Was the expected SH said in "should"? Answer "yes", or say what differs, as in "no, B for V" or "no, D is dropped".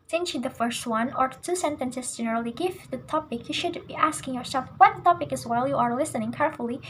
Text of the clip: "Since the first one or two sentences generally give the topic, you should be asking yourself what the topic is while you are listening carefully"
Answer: yes